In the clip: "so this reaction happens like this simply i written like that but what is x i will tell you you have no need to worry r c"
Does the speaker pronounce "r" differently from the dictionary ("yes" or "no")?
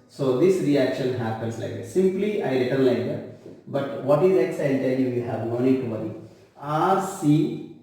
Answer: no